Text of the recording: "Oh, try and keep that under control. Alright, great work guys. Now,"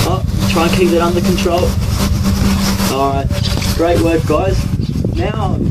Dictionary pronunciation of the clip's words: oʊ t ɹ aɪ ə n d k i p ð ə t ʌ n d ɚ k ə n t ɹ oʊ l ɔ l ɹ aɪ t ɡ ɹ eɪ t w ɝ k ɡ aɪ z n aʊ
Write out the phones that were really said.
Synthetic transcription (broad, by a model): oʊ t ɹ aɪ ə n k i p ð ə t ʌ n d ɚ k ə n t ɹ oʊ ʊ l aɪ ɡ ɹ eɪ t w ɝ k ɡ aɪ z n aʊ